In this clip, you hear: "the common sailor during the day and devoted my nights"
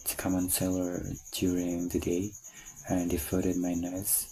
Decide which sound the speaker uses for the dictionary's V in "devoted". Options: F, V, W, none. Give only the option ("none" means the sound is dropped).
F